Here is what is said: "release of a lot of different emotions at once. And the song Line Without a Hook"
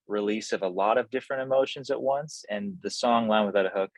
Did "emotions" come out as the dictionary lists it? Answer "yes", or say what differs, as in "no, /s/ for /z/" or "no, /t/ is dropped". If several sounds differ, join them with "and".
yes